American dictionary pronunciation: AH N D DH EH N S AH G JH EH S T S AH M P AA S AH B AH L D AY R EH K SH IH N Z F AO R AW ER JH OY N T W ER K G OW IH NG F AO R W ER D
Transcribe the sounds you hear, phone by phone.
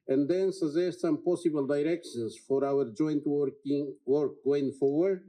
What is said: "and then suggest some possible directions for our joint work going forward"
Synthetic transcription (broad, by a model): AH N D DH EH N S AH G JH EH S T S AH M P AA S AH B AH L D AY R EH K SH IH N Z F AO R AW ER JH OY N T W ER K G OW IH NG F AO R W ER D